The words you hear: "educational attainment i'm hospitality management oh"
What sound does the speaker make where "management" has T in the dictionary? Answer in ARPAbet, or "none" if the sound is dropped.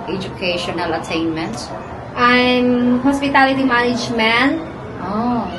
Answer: none